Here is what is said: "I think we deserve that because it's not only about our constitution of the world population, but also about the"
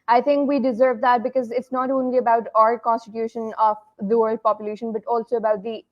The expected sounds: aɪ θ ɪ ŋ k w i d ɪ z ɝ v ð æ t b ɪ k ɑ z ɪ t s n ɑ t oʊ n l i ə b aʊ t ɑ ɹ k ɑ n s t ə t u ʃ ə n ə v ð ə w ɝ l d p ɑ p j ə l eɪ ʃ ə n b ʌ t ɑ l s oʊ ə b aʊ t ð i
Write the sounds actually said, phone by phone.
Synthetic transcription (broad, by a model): aɪ t ɪ ŋ k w i d ɪ z ɝ v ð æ t b ɪ k ɑ z ɪ t s n ɑ t oʊ n l i ə b aʊ t ɑ ɹ k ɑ n s t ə t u ʃ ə n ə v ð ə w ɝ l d p ɑ p j ə l eɪ ʃ ə n b ʌ t ɑ l s oʊ ə b aʊ t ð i